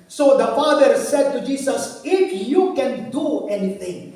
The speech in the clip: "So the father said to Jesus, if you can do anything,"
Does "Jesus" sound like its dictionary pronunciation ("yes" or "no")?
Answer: no